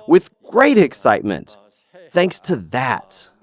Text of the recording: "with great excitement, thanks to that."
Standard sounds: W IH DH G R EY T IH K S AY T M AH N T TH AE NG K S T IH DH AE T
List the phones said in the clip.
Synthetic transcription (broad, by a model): W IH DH G R EY T IH K S AY T M AH N T TH AE NG K S T IH DH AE T